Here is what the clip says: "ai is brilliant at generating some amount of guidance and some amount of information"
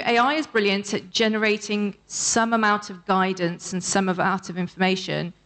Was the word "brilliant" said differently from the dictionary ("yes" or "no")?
no